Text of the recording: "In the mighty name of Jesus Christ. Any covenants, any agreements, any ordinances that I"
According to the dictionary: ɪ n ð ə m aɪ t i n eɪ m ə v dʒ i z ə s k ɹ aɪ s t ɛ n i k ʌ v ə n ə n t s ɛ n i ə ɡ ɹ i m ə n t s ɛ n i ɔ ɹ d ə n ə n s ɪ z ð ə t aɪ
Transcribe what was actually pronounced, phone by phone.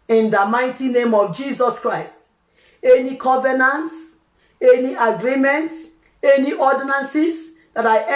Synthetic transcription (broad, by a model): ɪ n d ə m aɪ t i n eɪ m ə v dʒ i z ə s k ɹ aɪ s t ɛ n i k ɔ v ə n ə n t s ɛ n i ə ɡ ɹ i m ə n t s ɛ n i ɔ d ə n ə n s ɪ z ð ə t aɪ